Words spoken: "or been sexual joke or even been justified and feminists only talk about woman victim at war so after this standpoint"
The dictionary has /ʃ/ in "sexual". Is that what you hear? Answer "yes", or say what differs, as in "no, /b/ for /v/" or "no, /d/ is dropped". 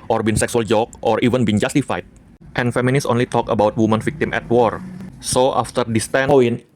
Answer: no, /s/ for /ʃ/